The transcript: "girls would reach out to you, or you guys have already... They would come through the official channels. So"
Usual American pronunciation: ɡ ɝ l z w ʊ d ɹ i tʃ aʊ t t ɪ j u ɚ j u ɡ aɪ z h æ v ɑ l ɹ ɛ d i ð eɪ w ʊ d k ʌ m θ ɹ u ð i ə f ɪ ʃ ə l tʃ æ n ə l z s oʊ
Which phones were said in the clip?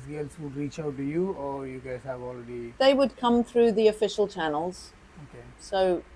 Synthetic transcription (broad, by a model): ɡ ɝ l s w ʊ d ɹ i tʃ aʊ t t ɪ j u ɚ j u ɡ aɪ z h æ v ɑ l ɹ ɛ d i ð eɪ w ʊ d k ʌ m θ ɹ u ð i ə f ɪ ʃ ə l tʃ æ n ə l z s oʊ